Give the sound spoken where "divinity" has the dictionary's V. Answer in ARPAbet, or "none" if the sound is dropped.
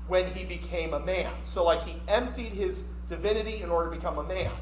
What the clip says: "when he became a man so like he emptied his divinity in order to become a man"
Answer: V